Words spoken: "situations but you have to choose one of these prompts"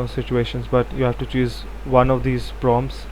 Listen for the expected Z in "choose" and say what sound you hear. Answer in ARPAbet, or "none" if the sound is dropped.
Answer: Z